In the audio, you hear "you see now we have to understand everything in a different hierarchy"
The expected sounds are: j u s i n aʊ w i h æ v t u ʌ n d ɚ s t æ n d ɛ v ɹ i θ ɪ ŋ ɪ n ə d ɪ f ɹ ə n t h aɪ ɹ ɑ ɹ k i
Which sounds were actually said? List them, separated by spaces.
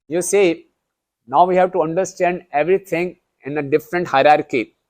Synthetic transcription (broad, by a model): j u s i n aʊ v i h æ v t u ʌ n d ɚ s t æ n d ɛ v ɹ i t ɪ ŋ ɪ n ə d ɪ f ɹ ə n t h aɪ ɹ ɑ ɹ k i